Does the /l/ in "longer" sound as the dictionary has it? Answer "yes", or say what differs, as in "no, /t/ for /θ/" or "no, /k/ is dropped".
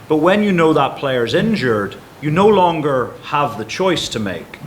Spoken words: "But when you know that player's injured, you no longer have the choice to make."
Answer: yes